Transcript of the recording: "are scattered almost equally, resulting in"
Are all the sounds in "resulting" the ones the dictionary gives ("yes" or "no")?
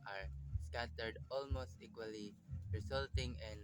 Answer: no